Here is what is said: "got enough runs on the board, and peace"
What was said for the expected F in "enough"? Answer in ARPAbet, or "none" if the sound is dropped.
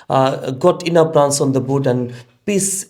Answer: P